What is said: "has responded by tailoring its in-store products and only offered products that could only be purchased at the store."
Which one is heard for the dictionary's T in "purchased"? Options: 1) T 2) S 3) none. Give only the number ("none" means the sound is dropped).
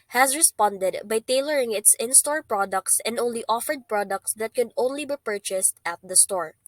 1